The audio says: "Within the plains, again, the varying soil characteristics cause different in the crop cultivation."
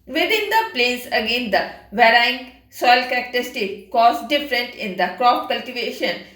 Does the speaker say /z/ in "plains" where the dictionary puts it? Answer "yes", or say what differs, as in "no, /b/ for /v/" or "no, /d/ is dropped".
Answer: no, /s/ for /z/